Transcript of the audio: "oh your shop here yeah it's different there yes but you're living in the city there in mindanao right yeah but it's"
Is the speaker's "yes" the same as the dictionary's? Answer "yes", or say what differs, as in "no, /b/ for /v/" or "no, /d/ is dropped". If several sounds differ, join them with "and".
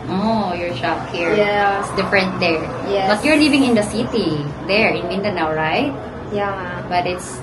no, /s/ is dropped